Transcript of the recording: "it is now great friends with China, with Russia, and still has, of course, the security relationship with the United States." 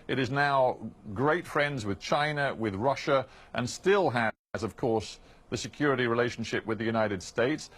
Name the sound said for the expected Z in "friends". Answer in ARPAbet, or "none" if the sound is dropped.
Z